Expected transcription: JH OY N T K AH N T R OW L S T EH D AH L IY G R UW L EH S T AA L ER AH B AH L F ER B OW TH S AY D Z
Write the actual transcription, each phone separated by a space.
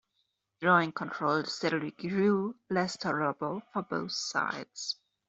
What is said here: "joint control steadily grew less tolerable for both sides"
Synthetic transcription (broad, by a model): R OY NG K AH N T R OW L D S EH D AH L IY G R UW L EH S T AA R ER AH B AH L F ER B OW TH S AY D Z